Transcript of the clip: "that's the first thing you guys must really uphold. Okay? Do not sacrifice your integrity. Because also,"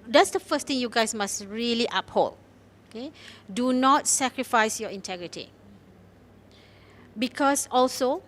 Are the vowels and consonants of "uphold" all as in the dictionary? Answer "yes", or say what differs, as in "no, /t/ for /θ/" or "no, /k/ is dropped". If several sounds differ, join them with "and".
no, /d/ is dropped